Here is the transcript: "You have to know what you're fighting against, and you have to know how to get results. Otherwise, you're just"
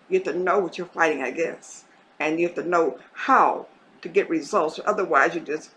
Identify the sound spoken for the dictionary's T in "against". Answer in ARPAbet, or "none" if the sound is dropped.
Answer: none